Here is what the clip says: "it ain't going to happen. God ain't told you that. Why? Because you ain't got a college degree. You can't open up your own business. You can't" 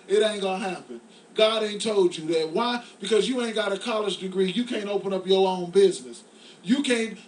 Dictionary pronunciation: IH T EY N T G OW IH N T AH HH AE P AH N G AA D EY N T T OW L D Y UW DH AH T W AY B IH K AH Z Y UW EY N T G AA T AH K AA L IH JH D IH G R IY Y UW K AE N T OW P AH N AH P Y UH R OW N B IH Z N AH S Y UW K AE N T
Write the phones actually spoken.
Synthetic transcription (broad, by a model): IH T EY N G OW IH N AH HH AE P AH N G AA D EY N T T OW L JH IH DH AH T W AY B IH K AH Z Y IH EY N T G AA T AH K AA L IH JH D IH G R IY Y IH K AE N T OW P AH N AH P Y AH R OW N B IH Z N AH S Y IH K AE N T